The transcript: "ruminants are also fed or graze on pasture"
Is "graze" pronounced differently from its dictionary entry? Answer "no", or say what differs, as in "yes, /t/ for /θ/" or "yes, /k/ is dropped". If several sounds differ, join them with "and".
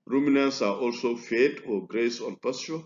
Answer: yes, /s/ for /z/